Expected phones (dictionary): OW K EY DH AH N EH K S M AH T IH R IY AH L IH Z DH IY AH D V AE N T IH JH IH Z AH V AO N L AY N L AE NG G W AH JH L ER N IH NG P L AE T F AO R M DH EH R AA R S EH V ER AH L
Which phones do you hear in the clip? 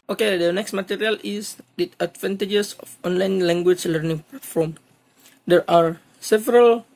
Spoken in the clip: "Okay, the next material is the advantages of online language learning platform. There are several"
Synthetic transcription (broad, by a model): OW K EY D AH N EH K S M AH T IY R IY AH L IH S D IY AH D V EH N T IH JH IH S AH F AO N L AY N L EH NG G W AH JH L ER N IH NG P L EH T F AO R M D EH R AA R S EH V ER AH L